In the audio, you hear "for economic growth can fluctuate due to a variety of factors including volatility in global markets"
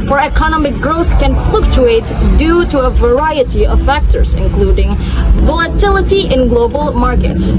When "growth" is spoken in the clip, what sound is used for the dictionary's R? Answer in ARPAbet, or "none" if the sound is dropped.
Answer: R